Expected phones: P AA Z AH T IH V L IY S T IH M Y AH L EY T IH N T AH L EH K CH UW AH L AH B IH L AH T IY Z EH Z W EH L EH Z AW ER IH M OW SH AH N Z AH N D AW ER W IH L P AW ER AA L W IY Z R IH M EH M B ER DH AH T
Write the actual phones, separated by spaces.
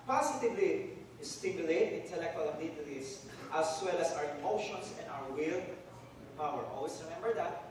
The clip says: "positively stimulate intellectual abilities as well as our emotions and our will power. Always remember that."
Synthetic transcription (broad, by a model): P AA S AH T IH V L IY S T IH M Y AH L EY T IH N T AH L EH K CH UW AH L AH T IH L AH T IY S W EH L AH S AW ER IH M OW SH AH N S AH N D AW ER W IH L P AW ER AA L W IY S R IH M EH M B ER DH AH T